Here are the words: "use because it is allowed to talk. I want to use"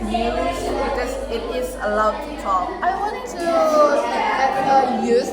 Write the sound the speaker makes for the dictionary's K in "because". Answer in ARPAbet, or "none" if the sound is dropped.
none